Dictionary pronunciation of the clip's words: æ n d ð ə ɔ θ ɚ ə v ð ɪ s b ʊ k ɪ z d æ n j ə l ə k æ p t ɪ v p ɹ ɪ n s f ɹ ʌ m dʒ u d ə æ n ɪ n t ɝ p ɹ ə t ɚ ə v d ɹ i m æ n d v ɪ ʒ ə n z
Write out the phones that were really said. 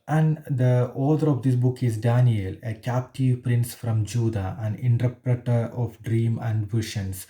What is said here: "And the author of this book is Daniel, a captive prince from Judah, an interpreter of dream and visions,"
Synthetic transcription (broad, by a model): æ n d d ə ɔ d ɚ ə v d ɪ s b ʊ k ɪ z d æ n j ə l ə k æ p t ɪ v p ɹ ɪ n s f ɹ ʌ m dʒ u d ə æ n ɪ n t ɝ p ɹ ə t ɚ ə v d ɹ i m æ n d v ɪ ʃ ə n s